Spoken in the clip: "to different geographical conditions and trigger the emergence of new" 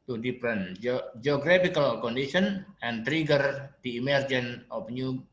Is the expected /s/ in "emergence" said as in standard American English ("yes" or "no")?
no